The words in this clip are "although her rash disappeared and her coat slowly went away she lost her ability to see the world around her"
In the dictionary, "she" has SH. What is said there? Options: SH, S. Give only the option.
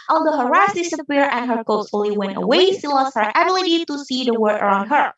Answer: S